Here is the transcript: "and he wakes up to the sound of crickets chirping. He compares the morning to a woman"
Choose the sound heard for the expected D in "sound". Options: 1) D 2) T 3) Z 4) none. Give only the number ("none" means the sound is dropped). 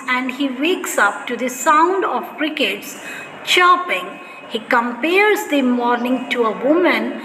1